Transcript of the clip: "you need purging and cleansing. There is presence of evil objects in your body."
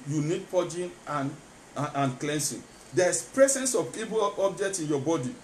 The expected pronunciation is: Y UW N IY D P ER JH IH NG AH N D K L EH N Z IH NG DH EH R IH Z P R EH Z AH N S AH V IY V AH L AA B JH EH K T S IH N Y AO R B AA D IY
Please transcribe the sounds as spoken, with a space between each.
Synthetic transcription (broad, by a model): Y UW N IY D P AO JH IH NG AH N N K L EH N S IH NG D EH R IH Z P R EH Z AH N S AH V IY B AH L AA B JH EH K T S IH N Y AO B AA D IY